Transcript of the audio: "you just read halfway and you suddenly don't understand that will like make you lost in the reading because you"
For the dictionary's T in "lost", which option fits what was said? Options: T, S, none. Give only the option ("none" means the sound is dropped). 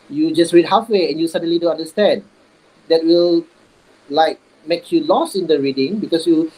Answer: none